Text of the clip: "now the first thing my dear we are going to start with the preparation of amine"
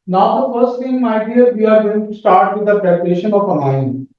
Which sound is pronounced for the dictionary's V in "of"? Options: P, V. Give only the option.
P